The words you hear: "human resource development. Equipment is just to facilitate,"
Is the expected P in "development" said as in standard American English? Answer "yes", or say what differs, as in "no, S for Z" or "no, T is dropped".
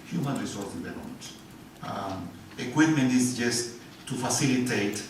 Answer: no, P is dropped